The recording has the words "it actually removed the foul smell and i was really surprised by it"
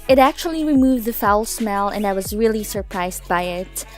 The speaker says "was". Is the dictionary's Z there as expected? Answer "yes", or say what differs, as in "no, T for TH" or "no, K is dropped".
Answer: yes